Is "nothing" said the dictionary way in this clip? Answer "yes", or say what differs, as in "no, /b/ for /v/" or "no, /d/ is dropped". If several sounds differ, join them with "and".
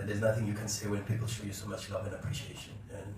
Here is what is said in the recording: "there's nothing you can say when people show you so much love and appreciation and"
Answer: yes